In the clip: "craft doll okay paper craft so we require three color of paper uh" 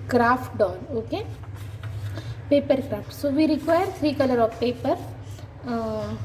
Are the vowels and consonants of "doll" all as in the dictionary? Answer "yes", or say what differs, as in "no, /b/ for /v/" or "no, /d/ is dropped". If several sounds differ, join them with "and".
no, /n/ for /l/